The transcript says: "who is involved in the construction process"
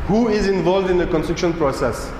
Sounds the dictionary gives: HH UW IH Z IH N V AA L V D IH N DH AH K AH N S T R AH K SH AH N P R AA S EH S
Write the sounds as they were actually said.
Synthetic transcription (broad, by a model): HH UW IH Z IH N V AA L V D IH N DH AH K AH N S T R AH K SH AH N P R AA S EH S